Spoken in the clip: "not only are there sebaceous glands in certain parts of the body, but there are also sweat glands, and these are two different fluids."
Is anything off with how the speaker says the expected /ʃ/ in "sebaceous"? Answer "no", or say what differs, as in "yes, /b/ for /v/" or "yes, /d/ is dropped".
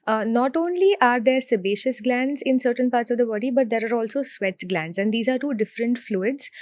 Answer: no